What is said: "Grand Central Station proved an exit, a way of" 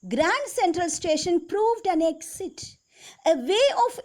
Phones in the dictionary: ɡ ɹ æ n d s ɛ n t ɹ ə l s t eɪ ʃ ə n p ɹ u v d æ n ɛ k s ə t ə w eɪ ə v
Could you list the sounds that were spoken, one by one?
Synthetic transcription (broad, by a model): ɡ ɹ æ n d s ɛ n t ɹ ə l s t eɪ ʃ ə n p ɹ u v d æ n ɛ k s ə t ə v eɪ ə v